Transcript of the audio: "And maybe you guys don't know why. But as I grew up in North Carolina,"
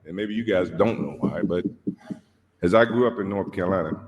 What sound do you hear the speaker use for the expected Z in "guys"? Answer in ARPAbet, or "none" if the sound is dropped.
Z